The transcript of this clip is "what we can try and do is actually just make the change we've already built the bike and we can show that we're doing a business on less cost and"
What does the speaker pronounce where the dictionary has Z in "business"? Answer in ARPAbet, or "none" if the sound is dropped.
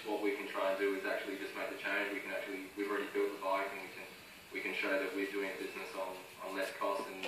Z